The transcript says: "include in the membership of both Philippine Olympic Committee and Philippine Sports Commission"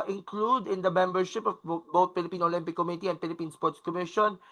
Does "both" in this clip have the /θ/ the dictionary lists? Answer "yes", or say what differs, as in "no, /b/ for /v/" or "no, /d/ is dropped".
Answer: no, /t/ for /θ/